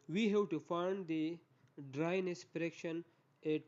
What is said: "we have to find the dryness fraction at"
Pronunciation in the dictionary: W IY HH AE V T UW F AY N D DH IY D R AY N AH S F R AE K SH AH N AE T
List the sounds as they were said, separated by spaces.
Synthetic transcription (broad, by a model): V IY HH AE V T UW F AY N D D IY D R AY N AH S P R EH K SH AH N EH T